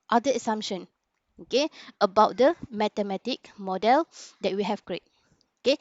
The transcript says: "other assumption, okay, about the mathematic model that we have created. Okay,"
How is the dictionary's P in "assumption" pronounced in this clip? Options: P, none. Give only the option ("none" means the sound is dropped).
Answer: none